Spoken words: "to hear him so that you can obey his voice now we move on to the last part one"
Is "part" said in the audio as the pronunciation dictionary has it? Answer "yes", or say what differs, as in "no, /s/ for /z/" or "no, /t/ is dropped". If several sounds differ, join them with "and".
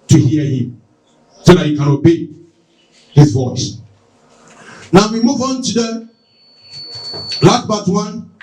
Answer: no, /b/ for /p/